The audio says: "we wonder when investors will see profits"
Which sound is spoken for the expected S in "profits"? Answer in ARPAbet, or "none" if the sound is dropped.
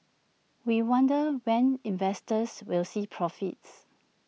S